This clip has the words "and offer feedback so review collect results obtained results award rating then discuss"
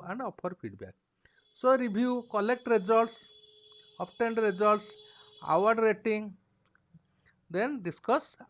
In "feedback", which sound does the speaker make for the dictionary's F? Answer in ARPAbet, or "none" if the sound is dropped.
P